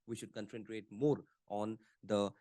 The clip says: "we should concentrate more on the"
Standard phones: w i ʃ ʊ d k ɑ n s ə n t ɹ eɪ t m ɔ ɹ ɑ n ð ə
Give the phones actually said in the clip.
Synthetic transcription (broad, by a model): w i ʃ ʊ d k ɑ n s ə n t ɹ eɪ t m ɔ ɹ ɑ n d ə